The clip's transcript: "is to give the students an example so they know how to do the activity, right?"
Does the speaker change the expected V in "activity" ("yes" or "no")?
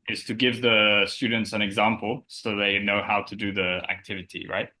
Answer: no